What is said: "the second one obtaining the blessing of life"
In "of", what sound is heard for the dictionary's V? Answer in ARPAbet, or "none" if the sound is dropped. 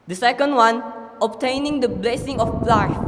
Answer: P